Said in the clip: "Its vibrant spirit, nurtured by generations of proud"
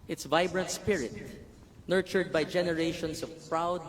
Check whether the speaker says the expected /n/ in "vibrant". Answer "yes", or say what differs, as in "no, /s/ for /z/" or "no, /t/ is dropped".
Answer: yes